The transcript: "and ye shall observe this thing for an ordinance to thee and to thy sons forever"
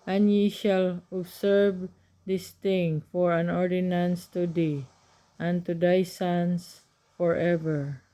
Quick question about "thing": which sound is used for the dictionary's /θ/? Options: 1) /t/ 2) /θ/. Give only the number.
1